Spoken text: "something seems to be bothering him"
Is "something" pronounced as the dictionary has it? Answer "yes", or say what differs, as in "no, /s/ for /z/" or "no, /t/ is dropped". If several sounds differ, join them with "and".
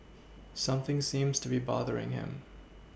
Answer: yes